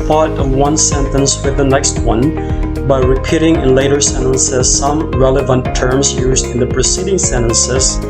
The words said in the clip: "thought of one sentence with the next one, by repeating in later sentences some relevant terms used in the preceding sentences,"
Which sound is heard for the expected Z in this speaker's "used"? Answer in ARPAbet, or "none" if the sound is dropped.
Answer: Z